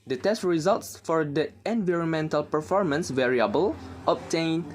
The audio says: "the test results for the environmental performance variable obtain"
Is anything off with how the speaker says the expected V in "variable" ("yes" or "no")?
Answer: no